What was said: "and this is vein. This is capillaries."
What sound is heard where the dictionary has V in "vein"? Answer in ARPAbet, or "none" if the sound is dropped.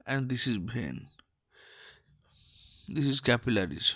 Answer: B